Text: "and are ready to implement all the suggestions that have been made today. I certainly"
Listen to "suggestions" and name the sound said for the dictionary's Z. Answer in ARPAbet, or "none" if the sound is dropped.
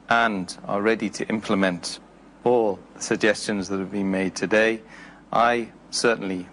Z